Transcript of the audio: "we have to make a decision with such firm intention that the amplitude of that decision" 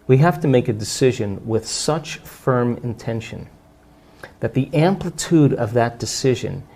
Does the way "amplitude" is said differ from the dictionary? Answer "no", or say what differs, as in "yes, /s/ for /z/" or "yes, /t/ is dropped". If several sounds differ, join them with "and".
no